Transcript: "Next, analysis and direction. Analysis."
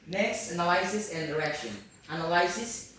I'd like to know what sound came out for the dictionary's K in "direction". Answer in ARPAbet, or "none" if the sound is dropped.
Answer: K